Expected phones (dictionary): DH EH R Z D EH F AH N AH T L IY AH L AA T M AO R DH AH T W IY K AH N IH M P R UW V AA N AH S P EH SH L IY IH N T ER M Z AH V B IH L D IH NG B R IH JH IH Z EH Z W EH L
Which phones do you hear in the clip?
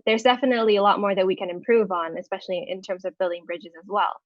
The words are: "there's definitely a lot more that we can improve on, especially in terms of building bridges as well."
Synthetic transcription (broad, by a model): DH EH R Z D EH F AH N AH T L IY AH L AA T M AO R DH AH T W IY K AH N IH M P R UW V N AH S P EH SH L IY IH N T ER M Z AH V B IH L D IH NG B R IH JH IH Z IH Z W EH L